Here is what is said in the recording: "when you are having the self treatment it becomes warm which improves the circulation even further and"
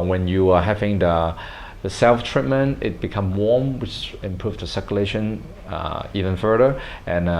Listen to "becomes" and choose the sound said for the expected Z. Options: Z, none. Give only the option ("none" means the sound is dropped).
none